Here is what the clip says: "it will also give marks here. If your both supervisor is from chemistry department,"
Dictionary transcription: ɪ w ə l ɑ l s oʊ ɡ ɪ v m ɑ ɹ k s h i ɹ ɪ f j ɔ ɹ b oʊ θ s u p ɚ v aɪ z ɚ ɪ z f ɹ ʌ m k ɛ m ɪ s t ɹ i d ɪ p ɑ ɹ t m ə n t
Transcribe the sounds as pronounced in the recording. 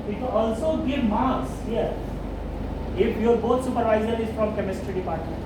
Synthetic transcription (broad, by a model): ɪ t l ɑ l s oʊ ɡ ɪ v m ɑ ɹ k s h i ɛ ɪ f j ɔ ɹ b oʊ t s u p ɚ v aɪ z ɚ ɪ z f ɹ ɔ m k ɛ m ɪ s t ɹ i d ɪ p ɑ ɹ t m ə n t